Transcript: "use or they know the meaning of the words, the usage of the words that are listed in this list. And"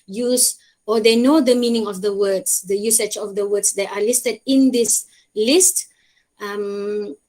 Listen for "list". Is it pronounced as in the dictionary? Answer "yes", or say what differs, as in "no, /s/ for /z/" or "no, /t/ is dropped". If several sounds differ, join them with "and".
yes